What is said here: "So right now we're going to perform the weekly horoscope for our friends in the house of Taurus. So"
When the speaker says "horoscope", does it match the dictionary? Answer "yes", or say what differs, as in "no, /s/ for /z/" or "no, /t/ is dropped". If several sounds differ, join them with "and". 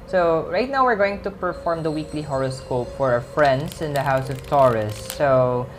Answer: yes